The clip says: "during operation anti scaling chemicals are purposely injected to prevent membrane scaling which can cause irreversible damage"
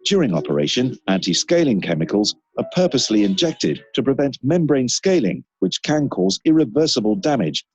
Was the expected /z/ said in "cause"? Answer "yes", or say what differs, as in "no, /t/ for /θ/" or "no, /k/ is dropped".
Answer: yes